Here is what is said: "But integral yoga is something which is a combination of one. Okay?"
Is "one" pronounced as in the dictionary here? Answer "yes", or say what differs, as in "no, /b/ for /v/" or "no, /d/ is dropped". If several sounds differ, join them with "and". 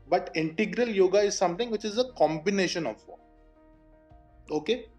no, /n/ is dropped